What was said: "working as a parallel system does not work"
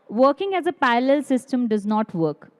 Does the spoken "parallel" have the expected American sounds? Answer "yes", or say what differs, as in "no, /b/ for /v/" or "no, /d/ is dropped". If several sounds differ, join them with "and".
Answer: no, /ɹ/ is dropped